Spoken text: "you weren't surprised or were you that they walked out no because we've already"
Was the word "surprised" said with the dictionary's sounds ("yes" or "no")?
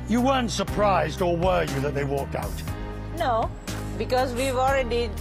yes